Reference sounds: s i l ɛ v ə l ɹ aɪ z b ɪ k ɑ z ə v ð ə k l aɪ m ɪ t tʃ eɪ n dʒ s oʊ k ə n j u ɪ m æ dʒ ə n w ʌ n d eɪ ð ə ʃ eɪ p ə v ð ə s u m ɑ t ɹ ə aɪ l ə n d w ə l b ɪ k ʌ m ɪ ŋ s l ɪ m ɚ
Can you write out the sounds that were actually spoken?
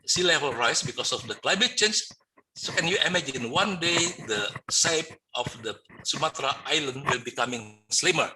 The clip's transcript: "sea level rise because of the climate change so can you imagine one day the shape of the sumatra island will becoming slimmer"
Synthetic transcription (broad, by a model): s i l ɛ v ə l ɹ aɪ s b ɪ k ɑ s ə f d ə k l aɪ m ɪ t tʃ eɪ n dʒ s oʊ k ə n j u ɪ m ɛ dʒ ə n w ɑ n d eɪ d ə s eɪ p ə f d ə s u m ɑ t ɹ ə aɪ l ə n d w ə l b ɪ k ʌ m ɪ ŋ s l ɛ m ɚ